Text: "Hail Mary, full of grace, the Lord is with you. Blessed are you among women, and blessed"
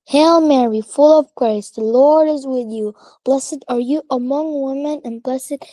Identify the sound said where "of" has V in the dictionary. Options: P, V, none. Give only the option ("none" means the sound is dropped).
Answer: V